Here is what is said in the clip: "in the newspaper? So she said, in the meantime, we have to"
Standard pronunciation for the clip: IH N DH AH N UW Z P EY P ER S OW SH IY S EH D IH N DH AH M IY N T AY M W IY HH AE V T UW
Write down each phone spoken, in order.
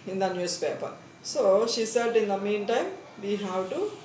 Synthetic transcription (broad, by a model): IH N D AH N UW S P EY P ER S OW SH IY S EH D IH N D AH M IY N T AY M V IY HH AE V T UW